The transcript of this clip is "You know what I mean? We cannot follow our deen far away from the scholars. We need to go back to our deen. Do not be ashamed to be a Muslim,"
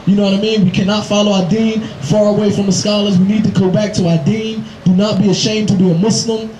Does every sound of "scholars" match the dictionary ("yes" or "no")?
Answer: yes